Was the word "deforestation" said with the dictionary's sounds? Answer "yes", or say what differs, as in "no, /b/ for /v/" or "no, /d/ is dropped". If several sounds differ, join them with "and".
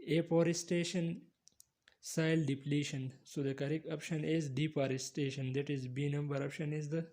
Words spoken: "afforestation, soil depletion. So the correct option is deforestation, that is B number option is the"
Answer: no, /p/ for /f/